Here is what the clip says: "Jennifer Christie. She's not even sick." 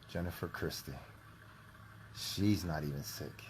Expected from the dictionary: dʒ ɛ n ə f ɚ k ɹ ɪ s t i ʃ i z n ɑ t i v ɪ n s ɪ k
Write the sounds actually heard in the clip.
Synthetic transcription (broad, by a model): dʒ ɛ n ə f ɚ k ɹ ɪ s t i ʃ i z n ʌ t i v ɪ n s ɪ k